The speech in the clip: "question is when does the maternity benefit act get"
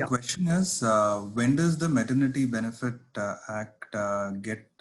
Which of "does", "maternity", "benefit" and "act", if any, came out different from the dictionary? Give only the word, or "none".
none